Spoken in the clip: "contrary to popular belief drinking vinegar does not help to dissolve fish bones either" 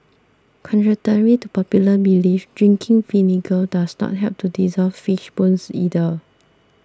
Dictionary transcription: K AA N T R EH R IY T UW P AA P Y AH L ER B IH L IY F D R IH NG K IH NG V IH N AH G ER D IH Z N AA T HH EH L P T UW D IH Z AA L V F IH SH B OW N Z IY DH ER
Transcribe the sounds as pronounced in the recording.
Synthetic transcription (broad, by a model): K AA N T R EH R IY T UW P AA P Y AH L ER B IH L IY F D R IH NG K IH NG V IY N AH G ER D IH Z N AA T HH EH P T UW D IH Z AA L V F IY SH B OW N S IY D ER